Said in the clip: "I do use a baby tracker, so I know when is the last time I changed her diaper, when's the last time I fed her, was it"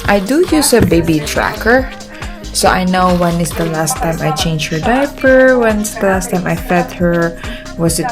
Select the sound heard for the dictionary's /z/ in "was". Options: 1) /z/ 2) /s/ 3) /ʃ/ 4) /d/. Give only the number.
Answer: 2